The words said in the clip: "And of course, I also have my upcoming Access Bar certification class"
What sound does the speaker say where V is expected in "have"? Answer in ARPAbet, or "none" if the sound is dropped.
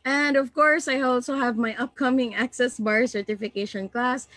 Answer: V